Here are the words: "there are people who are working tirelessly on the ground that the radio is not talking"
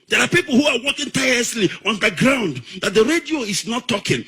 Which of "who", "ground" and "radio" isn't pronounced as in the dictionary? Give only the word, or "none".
none